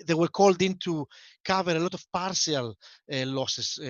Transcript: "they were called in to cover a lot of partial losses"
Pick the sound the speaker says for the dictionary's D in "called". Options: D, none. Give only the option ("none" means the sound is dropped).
D